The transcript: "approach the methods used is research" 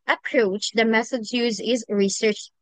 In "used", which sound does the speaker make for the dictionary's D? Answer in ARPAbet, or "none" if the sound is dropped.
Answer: none